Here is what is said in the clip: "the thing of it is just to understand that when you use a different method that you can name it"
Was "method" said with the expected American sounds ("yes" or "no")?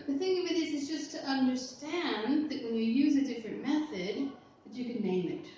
yes